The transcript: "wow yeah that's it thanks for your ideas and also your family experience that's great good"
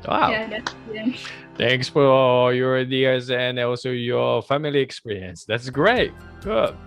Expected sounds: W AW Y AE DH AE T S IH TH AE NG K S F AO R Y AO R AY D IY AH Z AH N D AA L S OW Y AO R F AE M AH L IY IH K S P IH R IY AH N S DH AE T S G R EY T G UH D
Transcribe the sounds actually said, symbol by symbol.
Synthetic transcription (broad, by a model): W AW IH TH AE NG K S F AO L Y AO R AY D IY AH Z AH N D AA L S OW Y AO R F AE M AH L IY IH K S P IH R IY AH N S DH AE T S G R EY T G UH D